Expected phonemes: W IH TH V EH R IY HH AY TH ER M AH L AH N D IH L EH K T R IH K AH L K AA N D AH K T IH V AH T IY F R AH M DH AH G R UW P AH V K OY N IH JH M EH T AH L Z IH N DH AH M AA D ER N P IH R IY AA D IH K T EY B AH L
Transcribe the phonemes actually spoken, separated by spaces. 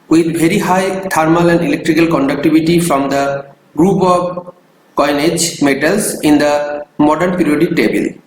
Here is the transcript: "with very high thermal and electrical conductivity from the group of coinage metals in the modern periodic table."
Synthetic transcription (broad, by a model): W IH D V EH R IY HH AY T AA M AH L AH N D IH L EH K T R IH K AH L K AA N D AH K T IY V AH T IY F R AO M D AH G R UW P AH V K OY N IH JH M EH T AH L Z IH N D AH M AA D ER N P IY R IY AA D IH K T EY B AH L